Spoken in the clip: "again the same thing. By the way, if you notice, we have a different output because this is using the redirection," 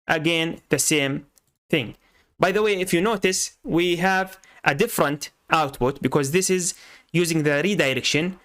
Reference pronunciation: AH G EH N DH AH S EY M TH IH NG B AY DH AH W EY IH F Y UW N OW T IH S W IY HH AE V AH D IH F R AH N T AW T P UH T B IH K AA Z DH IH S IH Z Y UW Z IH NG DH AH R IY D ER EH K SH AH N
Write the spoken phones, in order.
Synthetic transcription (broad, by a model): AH G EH N DH AH S EY M TH IH NG B AY DH AH W EY IH F Y UW N OW T IH S W IY HH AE V AH D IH F R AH N T AW T P UH T B IH K AA Z DH IH S IH Z Y UW Z IH NG DH AH R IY D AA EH K SH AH N